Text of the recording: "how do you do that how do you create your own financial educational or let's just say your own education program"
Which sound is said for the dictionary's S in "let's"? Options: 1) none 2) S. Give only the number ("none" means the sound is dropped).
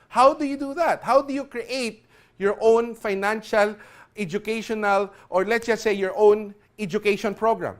1